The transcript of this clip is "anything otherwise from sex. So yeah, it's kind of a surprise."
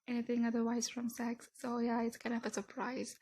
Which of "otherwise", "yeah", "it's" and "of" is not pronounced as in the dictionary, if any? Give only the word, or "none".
none